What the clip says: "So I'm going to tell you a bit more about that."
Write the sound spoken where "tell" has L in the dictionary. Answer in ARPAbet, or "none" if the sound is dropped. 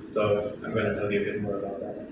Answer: L